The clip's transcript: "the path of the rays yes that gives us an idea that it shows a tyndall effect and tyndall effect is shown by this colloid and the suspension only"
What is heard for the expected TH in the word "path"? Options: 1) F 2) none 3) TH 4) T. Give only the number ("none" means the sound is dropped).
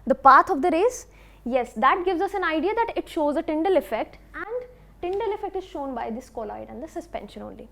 4